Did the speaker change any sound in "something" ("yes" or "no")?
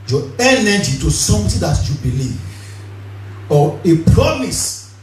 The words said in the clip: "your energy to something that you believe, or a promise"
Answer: yes